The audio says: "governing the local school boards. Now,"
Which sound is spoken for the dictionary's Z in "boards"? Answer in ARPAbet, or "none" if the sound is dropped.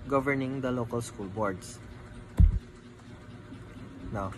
S